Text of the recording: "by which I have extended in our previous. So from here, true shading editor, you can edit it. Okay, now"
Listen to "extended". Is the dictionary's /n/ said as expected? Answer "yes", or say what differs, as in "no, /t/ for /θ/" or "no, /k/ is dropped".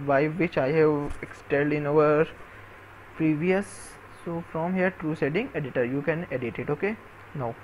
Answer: no, /l/ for /n/